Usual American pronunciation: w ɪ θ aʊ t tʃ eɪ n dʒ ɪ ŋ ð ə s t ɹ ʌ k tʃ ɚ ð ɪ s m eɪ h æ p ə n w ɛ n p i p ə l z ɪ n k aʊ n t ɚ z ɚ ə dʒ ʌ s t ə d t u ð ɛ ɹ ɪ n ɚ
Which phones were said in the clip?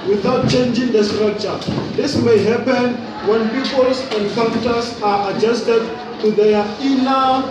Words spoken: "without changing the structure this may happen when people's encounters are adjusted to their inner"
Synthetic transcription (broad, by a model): w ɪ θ aʊ t tʃ eɪ n dʒ ɪ ŋ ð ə s t ɹ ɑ k tʃ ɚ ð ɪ s m eɪ h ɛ p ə n w ɛ n p i p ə l s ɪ n k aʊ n t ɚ s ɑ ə dʒ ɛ s t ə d t u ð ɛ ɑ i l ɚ